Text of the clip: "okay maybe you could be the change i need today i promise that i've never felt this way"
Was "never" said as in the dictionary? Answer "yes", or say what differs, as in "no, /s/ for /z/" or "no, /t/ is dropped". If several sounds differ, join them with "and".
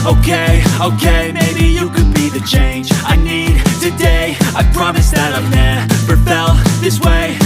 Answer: no, /p/ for /v/